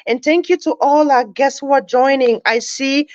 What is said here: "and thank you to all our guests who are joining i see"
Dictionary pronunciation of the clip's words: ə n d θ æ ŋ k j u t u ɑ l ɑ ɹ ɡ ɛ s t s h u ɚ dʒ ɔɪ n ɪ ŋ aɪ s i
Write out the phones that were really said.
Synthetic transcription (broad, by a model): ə n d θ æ ŋ k j u t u ɑ l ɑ ɡ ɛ s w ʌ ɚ dʒ ɔɪ n ɪ ŋ aɪ s i